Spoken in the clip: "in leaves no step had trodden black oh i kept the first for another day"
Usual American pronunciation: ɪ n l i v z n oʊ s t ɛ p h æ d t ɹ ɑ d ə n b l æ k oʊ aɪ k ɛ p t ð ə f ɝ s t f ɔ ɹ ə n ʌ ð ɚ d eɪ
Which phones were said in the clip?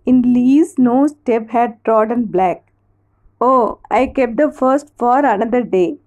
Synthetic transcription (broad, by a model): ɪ n l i z n oʊ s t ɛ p h æ d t ɹ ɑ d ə n b l æ k oʊ aɪ k ɛ p t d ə f ɝ s t f ɔ ɹ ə n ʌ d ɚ d eɪ